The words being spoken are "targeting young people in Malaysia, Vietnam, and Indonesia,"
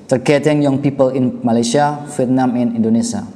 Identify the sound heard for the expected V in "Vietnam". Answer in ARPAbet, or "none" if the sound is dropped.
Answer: F